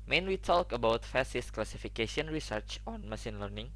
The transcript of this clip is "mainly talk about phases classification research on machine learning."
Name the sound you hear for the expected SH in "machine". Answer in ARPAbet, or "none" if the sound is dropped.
S